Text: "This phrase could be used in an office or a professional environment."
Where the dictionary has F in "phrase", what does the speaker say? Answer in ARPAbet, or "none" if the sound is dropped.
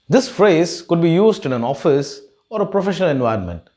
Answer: F